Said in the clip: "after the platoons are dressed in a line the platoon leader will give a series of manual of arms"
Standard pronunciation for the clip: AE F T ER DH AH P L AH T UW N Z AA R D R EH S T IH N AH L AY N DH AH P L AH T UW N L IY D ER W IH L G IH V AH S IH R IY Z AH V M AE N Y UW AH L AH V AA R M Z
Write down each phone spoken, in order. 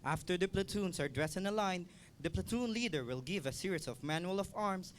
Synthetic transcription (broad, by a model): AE F T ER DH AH P L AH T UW N S AA R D R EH S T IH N AH L AY N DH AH P L AH T UW N L IY D ER W IH L G IH V AH S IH R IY S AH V M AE N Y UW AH L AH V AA R M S